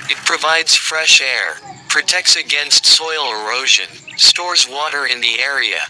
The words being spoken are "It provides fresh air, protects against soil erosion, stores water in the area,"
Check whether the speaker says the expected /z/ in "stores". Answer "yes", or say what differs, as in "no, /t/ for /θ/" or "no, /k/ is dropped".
yes